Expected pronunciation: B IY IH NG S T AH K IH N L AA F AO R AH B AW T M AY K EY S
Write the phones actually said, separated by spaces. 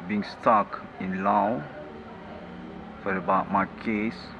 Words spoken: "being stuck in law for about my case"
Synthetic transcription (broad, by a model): B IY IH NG S T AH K IH N L AA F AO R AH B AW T M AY K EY S